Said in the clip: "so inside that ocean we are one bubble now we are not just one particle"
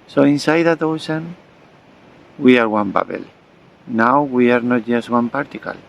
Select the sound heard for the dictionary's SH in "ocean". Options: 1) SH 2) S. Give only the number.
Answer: 2